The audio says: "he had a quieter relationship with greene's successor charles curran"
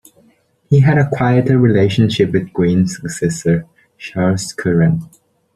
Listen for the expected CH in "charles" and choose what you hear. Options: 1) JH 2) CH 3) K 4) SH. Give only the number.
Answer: 4